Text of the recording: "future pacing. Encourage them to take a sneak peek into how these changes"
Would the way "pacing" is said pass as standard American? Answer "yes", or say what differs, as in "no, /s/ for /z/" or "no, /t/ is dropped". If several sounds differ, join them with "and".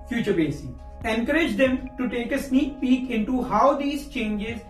no, /b/ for /p/